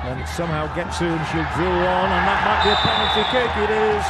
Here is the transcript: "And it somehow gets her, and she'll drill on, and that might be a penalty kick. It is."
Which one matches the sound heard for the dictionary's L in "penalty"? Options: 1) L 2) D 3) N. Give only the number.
3